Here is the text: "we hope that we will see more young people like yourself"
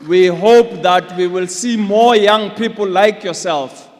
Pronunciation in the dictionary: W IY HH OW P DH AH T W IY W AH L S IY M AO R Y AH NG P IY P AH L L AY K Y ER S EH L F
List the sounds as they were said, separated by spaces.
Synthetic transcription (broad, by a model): W IY HH OW P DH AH T W IY W AH L S IY M AO Y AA NG P IY P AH L L AY K Y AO S EH L F